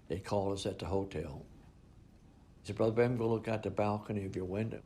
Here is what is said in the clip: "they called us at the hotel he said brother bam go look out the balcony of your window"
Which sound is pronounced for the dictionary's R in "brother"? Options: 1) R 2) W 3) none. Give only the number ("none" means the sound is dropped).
1